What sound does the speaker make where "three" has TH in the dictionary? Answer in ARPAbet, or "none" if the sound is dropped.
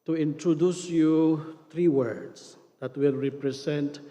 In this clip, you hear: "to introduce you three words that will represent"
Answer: T